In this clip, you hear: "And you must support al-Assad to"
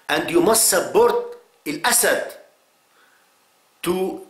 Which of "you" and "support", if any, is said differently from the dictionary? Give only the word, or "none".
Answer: support